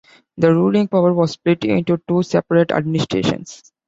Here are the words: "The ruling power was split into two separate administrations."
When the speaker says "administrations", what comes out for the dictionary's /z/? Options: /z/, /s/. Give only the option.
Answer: /s/